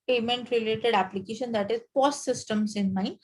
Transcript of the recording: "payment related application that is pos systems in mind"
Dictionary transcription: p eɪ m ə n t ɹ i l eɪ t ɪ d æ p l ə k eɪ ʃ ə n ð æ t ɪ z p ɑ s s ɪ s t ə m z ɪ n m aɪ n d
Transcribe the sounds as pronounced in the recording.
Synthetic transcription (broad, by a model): p eɪ m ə n t ɹ i l eɪ t ɪ d æ p l ə k eɪ ʃ ə n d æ t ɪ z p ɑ s s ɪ s t ə m s ɪ n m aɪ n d